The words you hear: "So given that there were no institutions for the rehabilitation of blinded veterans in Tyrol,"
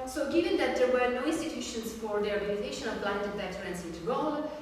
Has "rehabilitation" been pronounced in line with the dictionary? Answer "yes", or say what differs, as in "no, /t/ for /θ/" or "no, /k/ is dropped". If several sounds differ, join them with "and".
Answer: no, /n/ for /l/